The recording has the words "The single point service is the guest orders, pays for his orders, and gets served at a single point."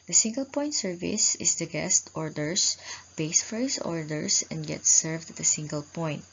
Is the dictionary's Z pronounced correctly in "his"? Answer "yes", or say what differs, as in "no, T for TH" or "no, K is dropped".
no, S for Z